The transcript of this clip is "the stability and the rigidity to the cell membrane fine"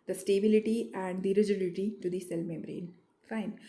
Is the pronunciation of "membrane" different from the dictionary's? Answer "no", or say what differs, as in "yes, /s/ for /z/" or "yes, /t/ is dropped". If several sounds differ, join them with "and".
yes, /b/ is dropped